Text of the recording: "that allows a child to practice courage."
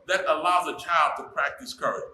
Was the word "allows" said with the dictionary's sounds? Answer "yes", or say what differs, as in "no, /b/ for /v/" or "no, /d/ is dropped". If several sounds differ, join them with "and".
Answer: yes